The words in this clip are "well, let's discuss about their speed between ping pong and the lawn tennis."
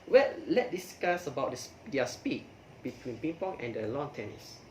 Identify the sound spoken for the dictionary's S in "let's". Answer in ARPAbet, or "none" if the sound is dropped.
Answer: none